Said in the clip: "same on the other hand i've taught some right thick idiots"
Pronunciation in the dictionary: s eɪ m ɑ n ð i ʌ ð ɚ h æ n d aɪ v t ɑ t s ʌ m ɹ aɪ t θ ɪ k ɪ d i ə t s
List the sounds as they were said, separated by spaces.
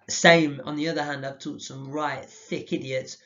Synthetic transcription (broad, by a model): s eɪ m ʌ n ð i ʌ ð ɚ h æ n d aɪ v t ɑ t s ʌ m ɹ aɪ t θ ɪ k ɪ d i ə t s